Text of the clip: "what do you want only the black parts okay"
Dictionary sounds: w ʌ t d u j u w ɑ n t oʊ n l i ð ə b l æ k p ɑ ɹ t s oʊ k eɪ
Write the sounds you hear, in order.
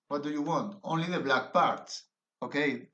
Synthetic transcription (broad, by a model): w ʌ t d u j u w ɑ n t oʊ n l i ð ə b l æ k p ɑ ɹ t s oʊ k eɪ